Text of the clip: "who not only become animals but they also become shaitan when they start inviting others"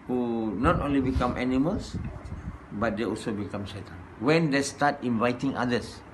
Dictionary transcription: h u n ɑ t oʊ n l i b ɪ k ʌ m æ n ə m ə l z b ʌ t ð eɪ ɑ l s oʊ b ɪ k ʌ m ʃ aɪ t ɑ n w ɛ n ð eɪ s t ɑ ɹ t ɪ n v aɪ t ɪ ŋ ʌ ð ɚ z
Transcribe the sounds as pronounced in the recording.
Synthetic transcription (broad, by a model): h u n ɑ t oʊ n l i b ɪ k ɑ m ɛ n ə m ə l s b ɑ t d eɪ ɑ l s oʊ b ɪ k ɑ m s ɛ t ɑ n w ɛ n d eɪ s t ɑ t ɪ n v aɪ t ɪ ŋ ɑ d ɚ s